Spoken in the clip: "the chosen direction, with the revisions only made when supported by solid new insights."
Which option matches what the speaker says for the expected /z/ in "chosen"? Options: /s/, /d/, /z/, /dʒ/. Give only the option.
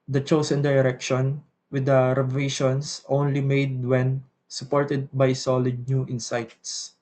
/s/